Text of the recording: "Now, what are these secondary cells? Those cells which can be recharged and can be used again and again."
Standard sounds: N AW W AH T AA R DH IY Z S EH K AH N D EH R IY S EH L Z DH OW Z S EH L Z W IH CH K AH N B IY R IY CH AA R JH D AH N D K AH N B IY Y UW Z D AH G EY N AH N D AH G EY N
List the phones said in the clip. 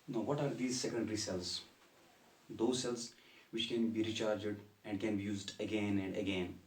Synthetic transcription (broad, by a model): N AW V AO T AA R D IY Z S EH K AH N D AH R IY S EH L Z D OW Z S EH L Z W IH CH K AH N B IY R IY CH AA R JH D AH N D K AH N B IY Y UW Z D AH G EY N AH N D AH G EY N